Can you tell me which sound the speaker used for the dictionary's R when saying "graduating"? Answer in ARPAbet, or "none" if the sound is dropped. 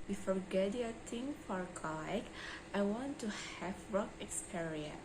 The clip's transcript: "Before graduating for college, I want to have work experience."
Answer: none